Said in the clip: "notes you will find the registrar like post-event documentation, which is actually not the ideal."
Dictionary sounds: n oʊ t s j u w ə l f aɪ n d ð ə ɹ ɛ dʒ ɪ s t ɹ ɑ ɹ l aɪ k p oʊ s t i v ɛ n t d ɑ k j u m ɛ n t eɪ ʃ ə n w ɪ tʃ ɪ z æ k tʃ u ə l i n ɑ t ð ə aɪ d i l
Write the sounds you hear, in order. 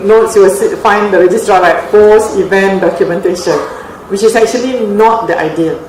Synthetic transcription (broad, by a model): n oʊ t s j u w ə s f aɪ n d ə ɹ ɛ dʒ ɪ s t ɹ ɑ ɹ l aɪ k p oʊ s i v ɛ n d ɑ k j u m ɛ n t eɪ ʃ ə n w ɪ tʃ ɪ s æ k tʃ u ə l i n ɑ t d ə aɪ d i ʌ